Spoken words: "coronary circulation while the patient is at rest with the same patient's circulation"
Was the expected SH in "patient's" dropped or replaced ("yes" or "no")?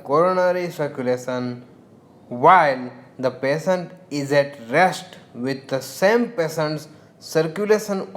yes